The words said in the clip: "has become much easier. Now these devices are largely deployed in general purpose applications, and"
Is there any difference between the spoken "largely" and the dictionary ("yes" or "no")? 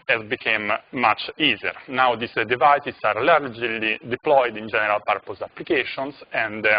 no